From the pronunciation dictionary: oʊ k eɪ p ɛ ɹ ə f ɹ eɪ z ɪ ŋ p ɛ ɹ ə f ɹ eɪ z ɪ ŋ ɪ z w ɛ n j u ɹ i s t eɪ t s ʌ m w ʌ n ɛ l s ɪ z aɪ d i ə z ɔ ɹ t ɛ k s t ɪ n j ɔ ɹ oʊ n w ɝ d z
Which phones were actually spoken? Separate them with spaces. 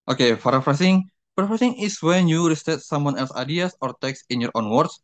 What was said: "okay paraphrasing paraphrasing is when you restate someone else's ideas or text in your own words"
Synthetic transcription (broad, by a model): oʊ k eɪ f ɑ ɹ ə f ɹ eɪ s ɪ ŋ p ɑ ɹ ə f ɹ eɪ s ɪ ŋ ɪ s w ɛ n j u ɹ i s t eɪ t s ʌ m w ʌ n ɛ l s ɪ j d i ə s ɔ ɹ t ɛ k s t ɪ n j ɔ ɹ oʊ n w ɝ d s